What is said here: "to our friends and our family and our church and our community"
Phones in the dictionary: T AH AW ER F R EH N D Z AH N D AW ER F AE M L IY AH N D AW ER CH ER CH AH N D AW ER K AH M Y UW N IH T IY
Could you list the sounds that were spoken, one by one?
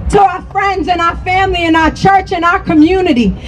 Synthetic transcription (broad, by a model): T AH AW ER F R EH N D Z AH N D AW ER F AE M L IY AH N AW ER CH ER CH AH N AW ER K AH M Y UW N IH T IY